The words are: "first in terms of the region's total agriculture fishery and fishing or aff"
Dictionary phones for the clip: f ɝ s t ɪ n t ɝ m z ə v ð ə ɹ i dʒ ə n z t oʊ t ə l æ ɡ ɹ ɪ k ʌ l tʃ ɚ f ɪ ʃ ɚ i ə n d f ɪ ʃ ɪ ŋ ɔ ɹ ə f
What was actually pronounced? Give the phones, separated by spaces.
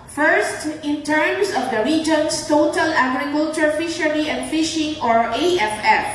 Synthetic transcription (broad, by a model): f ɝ s t ɪ n t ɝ m s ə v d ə ɹ i dʒ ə n s t oʊ t ə l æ ɡ ɹ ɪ k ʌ l tʃ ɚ f ɪ ʃ ɚ i ə n d f ɪ ʃ ɪ ŋ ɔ ɹ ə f